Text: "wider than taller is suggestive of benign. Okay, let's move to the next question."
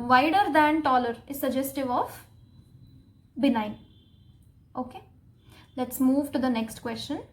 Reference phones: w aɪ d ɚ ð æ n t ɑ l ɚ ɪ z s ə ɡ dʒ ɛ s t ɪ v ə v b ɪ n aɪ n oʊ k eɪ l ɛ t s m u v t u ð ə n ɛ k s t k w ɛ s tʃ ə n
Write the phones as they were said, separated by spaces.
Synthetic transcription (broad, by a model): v aɪ d ɚ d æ n t ɑ l ɚ ɪ z s ə ɡ dʒ ɛ s t ɪ v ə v b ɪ n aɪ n oʊ k eɪ l ɛ t s m u v t u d ə n ɛ k s t k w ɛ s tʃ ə n